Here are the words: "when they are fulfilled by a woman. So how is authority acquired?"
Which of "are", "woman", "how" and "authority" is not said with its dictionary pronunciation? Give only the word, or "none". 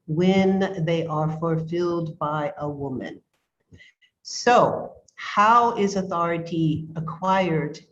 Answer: none